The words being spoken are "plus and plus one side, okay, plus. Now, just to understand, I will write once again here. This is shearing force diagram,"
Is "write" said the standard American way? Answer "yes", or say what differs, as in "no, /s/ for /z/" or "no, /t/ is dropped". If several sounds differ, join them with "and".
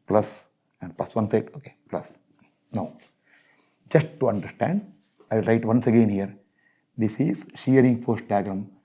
yes